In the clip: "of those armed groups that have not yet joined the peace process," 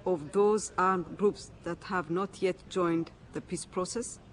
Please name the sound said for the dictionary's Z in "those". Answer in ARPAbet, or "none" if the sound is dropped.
Z